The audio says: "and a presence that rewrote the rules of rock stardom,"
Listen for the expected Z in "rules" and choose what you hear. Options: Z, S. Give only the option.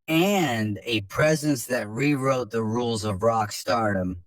Z